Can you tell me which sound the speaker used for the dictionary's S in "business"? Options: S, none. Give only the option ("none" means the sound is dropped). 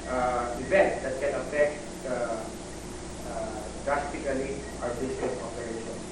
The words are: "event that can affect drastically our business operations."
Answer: none